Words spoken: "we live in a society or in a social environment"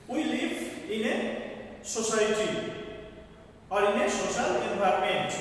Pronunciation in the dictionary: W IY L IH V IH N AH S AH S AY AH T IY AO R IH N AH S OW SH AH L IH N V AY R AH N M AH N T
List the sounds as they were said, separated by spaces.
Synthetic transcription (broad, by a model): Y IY L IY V IH N AH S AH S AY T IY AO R IH N AH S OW S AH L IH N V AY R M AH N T